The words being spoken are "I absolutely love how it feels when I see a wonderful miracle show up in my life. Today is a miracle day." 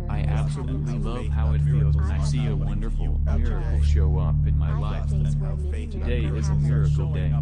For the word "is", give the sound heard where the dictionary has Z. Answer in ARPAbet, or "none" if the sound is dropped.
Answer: Z